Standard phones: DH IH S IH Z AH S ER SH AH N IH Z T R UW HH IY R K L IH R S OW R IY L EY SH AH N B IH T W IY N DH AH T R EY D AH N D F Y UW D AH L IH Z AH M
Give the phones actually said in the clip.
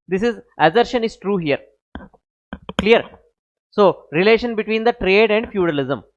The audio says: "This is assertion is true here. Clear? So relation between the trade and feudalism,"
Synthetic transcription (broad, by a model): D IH S IH Z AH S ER SH AH N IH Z T R UW HH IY R K L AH R S OW R IY L EY SH AH N B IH T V IY N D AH T R EY D AH N D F Y UW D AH L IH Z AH M